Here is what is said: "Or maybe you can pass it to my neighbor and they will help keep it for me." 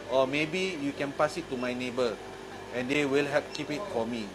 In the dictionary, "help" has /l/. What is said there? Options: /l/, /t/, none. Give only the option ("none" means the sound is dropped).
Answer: none